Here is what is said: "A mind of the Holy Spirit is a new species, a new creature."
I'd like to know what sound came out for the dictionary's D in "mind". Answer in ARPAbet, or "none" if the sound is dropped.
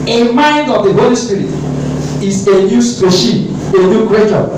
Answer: D